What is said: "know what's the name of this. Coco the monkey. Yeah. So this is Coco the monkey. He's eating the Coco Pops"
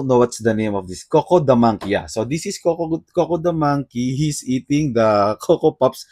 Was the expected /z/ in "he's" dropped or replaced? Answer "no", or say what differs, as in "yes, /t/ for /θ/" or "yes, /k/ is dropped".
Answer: yes, /s/ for /z/